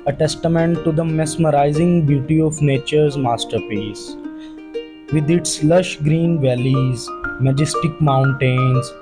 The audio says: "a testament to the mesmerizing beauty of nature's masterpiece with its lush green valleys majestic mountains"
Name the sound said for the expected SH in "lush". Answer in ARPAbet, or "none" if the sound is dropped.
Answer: SH